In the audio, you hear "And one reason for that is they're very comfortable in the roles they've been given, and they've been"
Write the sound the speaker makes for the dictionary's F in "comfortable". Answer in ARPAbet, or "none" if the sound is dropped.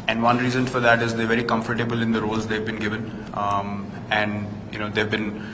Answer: F